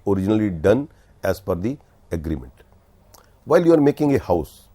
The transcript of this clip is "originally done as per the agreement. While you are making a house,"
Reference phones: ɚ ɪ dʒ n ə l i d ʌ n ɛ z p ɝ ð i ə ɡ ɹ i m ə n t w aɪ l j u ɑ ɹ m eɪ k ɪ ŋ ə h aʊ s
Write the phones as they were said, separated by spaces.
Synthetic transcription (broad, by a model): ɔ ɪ dʒ n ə l i d ʌ n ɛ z f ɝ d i ə ɡ ɹ i m ə n t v aɪ l j u ɑ ɹ m eɪ k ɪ ŋ ə h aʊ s